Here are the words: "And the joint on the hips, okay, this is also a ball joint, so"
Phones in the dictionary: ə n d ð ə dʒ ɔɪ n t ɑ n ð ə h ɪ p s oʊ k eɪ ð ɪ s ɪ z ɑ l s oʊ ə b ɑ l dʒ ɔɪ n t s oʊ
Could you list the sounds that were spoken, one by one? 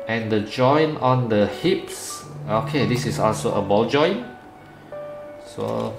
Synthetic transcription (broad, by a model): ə n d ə dʒ ɔɪ n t ɑ n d ə h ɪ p s oʊ k eɪ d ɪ s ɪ s ɑ l s oʊ ə b ɑ l dʒ ɔɪ n s oʊ